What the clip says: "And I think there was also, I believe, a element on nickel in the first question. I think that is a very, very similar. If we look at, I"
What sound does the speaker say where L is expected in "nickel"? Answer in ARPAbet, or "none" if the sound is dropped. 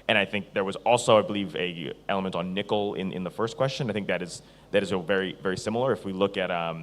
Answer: N